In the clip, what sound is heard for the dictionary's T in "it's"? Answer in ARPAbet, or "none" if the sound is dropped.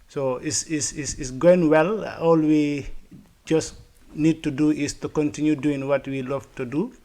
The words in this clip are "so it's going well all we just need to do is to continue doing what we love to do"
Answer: S